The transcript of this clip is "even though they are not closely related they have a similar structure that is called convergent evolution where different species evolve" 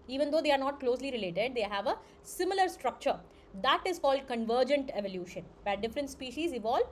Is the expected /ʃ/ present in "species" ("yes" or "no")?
yes